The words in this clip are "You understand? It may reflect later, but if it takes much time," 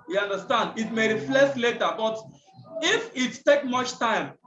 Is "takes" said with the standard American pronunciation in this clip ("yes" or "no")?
no